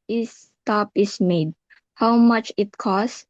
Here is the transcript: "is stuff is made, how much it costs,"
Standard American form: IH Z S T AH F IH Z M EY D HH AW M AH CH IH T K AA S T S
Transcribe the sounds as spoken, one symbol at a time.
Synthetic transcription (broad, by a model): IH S T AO P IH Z M EY D HH AW M AH CH IH T K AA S S